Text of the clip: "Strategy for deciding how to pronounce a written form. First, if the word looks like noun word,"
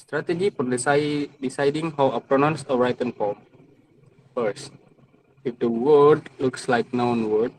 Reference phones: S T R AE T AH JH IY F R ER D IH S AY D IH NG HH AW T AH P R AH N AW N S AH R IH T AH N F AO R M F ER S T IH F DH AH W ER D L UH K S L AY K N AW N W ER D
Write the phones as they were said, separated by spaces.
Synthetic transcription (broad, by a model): S T R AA T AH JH IY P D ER D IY S AY D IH NG HH AW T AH P R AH N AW N S AH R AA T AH N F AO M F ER S IH F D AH W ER D L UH K S L AY K N AW N W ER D